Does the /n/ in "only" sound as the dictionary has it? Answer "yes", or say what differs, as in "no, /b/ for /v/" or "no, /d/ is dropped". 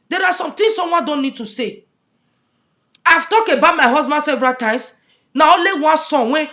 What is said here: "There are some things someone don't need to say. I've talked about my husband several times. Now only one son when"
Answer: no, /n/ is dropped